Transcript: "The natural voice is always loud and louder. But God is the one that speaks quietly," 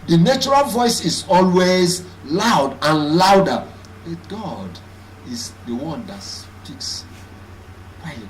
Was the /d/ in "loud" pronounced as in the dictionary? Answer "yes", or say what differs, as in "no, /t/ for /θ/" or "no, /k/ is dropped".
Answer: yes